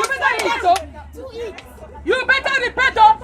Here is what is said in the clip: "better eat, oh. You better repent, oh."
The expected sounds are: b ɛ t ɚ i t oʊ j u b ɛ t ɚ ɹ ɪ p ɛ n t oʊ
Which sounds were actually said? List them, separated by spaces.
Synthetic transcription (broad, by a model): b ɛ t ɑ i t oʊ j u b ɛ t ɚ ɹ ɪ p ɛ t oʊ